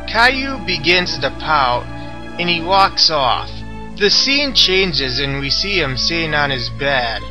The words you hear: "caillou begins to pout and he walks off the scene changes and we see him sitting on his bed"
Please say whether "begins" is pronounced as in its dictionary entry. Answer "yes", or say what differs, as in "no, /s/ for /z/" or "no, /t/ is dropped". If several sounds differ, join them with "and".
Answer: yes